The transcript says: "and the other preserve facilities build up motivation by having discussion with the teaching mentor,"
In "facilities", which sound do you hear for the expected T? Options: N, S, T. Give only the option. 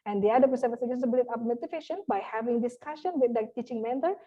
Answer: S